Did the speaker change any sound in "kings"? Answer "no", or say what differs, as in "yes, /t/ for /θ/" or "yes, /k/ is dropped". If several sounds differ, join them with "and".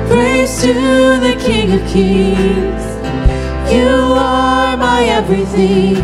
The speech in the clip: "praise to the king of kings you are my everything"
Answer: yes, /ŋ/ is dropped